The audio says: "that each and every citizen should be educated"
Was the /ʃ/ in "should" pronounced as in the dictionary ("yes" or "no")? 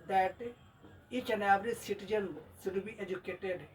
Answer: no